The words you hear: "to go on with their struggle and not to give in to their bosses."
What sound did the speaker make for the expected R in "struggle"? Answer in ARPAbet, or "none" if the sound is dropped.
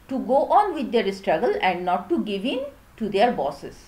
R